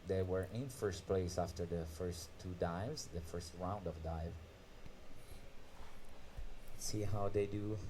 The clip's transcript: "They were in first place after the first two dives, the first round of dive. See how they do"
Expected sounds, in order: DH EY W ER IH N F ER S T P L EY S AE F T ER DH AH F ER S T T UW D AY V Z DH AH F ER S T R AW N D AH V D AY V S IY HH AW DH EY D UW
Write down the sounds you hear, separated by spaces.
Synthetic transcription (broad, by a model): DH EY W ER IH N F ER S T P L EY S AE F T ER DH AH F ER S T T UW D AY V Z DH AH F ER S T R AW N D AH V D AY V S IY HH AW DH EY D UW